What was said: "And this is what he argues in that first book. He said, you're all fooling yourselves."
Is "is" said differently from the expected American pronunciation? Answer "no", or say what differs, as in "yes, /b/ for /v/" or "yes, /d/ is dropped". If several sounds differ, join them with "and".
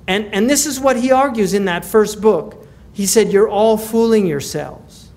no